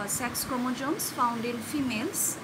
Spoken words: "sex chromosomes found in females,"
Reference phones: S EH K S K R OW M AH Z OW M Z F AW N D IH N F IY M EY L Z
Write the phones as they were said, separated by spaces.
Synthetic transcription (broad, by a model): S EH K S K OW M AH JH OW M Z F AW N D IH N F IY M EY L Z